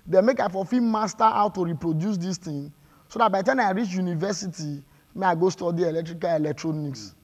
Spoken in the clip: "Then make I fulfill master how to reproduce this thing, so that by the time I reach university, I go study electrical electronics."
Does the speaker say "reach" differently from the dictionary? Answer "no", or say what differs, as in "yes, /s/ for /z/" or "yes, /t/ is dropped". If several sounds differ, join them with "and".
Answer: no